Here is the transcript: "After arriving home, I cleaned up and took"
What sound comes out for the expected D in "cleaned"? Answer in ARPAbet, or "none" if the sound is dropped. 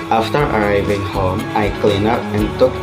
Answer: none